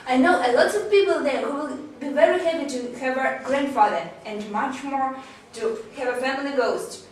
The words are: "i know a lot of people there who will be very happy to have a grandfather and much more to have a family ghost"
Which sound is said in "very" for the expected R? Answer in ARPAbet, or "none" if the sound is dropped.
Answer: R